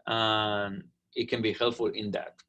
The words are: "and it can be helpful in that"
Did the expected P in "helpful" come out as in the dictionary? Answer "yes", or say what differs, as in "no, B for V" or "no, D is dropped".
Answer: no, P is dropped